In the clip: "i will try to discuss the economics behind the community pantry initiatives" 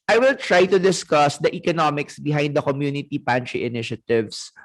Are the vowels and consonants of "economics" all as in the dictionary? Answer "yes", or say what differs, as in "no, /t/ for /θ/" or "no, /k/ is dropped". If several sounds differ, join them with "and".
yes